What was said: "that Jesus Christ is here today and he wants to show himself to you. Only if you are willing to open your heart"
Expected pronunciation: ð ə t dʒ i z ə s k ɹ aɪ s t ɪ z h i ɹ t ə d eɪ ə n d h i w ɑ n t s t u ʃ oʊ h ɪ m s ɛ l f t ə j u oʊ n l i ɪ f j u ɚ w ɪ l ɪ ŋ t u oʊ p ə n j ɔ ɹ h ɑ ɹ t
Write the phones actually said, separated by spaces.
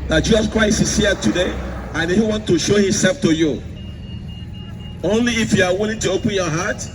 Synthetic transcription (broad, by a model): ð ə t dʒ i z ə s k ɹ aɪ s ɪ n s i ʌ t ə d eɪ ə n h i w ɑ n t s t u ʃ oʊ h ɪ m s ɛ l f t ə j u oʊ n l i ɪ f j u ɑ w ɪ l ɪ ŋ t u oʊ p ə n j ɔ h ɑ t